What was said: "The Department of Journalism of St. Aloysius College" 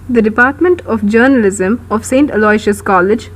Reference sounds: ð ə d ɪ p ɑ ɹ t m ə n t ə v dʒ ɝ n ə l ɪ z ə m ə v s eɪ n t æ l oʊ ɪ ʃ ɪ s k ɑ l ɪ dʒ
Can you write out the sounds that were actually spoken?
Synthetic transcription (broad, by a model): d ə d ɪ p ɑ ɹ t m ə n t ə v dʒ ɝ n ə l ɪ z ə m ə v s eɪ n t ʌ l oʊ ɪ ʃ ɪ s k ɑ l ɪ dʒ